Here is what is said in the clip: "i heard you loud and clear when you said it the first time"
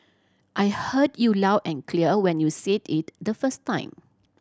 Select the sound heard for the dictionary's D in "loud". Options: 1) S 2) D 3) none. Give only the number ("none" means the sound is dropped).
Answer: 3